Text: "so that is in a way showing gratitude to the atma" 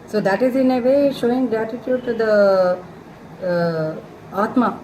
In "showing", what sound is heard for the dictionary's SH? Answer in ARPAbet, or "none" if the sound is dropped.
SH